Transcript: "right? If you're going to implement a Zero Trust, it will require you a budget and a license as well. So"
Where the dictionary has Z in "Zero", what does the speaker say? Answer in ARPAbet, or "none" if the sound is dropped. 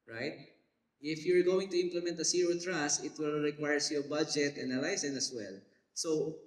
S